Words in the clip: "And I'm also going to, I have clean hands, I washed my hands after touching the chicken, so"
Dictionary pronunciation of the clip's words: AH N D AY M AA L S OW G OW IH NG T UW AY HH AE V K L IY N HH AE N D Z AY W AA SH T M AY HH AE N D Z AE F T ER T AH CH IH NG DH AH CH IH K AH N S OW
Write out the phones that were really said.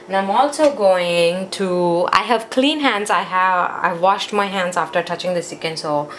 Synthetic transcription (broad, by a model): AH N AY M AA L S OW G OW IH NG T UW AY HH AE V K L IY N HH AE N D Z AY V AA SH T M AY HH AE N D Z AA F T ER T AH CH IH NG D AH S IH K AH N S OW